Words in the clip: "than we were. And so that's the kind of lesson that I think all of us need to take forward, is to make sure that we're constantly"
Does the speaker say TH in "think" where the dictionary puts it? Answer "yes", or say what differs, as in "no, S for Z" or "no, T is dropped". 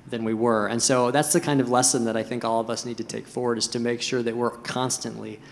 yes